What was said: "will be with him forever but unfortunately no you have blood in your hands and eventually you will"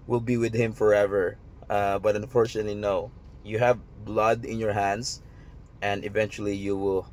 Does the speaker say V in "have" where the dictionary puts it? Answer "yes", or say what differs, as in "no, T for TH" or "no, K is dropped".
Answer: yes